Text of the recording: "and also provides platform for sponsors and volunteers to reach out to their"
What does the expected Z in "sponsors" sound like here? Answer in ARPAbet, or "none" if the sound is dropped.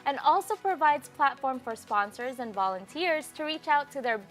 Z